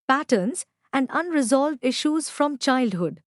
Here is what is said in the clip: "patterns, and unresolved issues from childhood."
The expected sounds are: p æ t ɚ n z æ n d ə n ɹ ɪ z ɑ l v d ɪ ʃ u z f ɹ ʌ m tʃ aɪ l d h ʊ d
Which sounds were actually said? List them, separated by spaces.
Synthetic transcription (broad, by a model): p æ t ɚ n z æ n d ə n ɹ ɪ z ɑ l v d ɪ ʃ u z f ɹ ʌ m tʃ aɪ l d h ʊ d